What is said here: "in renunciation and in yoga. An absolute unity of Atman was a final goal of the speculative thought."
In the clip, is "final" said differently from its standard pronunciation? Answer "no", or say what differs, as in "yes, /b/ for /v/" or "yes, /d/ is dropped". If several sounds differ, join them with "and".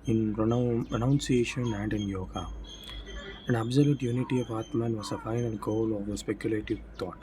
yes, /n/ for /l/